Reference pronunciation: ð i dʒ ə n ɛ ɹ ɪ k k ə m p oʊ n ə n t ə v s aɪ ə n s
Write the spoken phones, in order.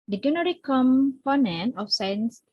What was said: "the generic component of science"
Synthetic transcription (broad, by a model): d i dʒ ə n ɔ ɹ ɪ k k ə m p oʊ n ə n ə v s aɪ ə n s